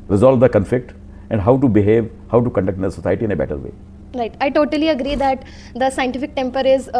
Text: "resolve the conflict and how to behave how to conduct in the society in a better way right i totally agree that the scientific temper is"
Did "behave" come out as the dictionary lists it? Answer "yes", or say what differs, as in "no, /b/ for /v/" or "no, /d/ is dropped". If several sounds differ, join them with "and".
yes